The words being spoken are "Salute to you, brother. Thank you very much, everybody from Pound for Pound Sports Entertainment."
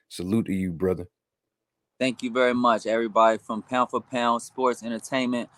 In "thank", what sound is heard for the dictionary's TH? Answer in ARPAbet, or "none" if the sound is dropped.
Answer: TH